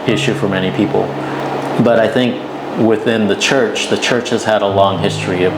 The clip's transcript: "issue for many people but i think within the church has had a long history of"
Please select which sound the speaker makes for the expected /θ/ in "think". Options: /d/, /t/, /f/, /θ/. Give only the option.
/θ/